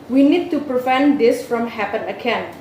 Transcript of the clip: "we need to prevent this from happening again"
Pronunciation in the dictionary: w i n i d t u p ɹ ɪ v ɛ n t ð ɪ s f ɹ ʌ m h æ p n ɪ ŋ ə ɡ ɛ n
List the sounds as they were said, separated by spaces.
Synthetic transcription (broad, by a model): w i n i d t u p ɹ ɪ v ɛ n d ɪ s f ɹ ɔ m h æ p ɪ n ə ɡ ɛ n